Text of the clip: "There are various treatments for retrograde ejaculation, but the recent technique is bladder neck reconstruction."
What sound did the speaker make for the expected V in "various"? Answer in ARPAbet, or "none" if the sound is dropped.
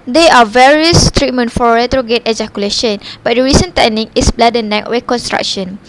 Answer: V